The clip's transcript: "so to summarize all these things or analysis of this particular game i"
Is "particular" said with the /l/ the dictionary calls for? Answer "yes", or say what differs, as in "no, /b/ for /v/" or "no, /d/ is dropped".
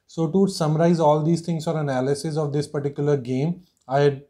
yes